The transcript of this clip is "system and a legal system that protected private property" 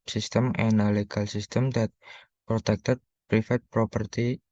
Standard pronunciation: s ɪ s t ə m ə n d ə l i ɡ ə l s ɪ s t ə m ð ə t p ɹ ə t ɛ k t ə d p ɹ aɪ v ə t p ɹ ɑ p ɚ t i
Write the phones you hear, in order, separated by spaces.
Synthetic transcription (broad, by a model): s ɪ s t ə m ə n ə l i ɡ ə l s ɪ s t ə m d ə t p ɹ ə t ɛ k t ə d p ɹ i f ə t p ɹ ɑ p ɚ t i